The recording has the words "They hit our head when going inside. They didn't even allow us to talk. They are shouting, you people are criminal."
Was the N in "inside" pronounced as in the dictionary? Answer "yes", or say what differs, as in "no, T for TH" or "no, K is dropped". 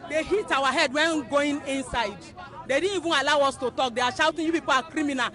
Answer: yes